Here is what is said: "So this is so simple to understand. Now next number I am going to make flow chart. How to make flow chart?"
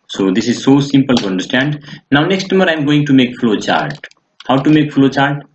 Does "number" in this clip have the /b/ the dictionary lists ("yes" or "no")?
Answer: no